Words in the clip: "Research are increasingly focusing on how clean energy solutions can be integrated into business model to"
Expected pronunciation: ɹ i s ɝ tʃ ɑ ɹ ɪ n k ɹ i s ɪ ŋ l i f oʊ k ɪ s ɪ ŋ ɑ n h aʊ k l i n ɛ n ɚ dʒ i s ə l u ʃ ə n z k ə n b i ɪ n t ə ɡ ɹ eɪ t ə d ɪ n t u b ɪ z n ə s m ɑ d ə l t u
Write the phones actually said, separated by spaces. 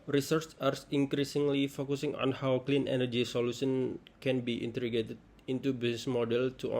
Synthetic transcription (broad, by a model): ɹ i s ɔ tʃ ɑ ɹ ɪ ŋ k ɹ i s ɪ ŋ l i f oʊ k ɪ s ɪ ŋ ɑ n h aʊ k l i n ɛ n ɚ dʒ i s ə l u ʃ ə n k ə n b i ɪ n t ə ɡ eɪ t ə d ɪ n t u b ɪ s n s m ɑ d ə l t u